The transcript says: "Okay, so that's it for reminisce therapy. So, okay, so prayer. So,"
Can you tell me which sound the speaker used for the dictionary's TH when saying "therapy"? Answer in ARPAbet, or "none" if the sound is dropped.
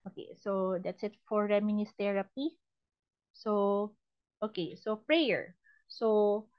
T